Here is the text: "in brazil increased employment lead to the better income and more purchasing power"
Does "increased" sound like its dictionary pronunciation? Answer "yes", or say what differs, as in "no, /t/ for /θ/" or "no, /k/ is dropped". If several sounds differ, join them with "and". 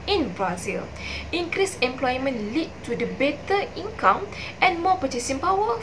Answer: no, /t/ is dropped